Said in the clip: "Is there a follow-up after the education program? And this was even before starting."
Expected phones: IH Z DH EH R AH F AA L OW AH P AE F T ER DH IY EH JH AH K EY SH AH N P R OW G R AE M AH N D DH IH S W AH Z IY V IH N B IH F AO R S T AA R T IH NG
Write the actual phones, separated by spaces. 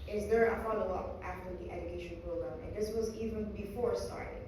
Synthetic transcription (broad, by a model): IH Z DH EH R AH F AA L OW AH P AE F T ER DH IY EH JH AH K EY SH AH N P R OW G R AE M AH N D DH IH S W AH Z IY V IH N B IH F AO R S T AA R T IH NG